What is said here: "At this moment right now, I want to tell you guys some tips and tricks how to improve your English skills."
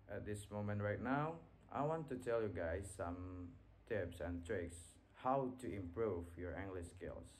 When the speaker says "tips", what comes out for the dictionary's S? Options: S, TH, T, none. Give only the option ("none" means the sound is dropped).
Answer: S